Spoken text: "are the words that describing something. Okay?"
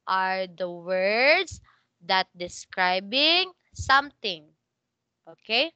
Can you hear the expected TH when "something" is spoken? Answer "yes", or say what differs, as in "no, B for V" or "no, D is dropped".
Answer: no, T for TH